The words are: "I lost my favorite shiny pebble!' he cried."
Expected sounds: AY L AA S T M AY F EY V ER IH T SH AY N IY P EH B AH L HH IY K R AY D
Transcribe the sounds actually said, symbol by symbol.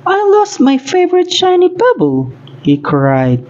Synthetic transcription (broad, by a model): AY L AA S T M AY F EY V ER IH T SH AY N IY B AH B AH L HH IY K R AY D